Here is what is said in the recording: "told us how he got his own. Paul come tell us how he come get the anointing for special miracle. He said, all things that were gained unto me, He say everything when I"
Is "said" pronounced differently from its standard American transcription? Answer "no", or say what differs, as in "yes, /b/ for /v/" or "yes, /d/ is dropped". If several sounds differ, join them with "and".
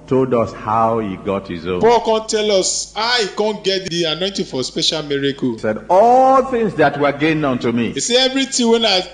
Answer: no